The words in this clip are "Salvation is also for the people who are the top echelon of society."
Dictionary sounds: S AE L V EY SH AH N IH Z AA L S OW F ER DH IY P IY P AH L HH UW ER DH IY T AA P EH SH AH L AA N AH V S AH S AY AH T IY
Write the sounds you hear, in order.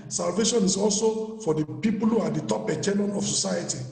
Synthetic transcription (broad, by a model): S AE L V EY SH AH N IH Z AA L S OW F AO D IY P IY P AH L HH UW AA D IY T AA P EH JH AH N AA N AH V S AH S AY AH T IY